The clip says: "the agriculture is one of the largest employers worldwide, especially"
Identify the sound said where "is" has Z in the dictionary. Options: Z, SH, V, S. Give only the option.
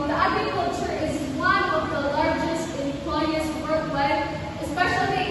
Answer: Z